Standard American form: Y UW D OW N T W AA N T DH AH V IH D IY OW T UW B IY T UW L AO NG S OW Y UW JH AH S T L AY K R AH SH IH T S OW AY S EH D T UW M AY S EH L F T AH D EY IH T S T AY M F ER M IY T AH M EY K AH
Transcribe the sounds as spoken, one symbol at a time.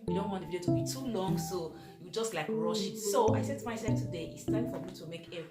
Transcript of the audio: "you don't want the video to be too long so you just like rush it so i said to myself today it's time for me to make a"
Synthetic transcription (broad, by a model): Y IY D OW N T W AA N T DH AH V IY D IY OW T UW B IY T UW L AO NG S OW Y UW JH AH S T L AY K R AH SH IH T S OW AY S EH D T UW M AY S EH L F T AH D EY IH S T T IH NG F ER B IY T AH M EY K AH